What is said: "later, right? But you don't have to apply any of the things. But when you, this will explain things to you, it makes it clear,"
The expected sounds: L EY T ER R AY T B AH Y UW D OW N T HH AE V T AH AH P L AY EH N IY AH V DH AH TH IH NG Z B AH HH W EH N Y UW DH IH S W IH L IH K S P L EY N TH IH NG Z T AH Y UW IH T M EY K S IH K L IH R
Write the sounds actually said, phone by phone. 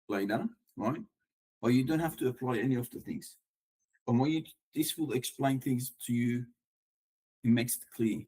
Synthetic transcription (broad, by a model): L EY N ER R AY T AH Y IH D OW N T HH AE F T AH AH P L AY EH N IY AH V DH AH TH IH NG Z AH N W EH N Y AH DH IH S W IH L IH K S P L EY N TH IH NG Z T AH Y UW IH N M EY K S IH K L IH